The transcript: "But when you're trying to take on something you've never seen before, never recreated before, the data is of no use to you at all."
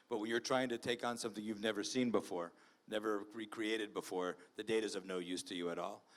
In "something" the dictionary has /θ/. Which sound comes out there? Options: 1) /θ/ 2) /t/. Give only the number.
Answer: 1